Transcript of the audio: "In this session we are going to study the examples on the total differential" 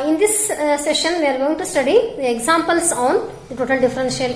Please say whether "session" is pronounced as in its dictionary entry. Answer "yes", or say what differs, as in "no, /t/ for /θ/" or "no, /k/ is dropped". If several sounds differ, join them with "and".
yes